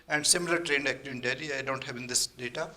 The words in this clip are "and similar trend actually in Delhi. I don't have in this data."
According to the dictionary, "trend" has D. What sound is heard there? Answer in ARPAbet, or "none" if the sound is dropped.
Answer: D